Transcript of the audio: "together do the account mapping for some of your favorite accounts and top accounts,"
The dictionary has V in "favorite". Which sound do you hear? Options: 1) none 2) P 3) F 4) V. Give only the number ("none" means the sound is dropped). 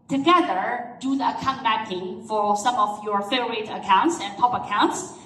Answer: 1